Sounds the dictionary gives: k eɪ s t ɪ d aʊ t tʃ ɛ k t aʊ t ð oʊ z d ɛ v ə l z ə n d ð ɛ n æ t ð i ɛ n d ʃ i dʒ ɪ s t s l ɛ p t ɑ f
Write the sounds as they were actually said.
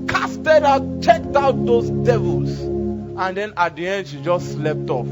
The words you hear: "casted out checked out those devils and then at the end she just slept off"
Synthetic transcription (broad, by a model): k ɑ s t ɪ d aʊ t tʃ ɛ k t aʊ t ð oʊ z d ɛ v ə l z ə n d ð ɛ n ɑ t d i ɛ n d ʃ i dʒ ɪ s s l ɛ p t ɑ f